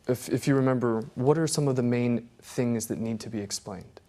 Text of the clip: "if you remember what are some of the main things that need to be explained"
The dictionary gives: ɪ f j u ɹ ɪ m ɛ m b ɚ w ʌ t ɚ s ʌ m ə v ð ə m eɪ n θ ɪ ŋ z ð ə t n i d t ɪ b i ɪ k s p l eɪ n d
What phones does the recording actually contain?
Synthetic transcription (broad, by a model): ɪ f j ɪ ɹ ɪ m ɛ m b ɚ w ʌ t ɚ s ʌ m ə v ð ə m eɪ n θ ɪ ŋ z ð ə t n i d t ɪ b i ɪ k s p l eɪ n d